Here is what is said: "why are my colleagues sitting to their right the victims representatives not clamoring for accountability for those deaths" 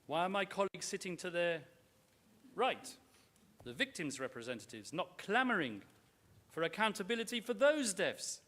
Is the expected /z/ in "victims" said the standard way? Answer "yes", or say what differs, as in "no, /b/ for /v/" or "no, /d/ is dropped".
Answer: yes